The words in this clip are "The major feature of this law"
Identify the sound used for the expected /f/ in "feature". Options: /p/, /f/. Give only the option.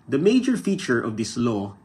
/f/